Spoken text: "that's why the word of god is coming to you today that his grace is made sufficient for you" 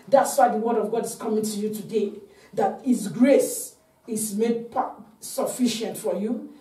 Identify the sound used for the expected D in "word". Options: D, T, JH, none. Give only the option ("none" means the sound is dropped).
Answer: D